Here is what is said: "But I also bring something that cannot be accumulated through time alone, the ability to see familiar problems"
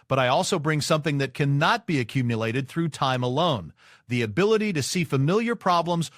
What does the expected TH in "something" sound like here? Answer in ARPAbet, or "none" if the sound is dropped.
TH